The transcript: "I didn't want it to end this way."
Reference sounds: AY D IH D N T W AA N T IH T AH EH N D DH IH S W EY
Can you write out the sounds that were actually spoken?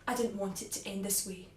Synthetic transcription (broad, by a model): AY D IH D N T W AA N T IH T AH EH N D DH IH S W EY